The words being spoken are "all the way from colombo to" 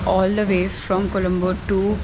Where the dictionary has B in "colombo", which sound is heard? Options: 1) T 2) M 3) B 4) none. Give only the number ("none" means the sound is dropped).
3